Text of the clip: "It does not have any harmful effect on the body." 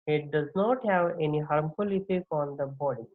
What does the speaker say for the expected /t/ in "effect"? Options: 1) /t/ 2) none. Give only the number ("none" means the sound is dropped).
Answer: 2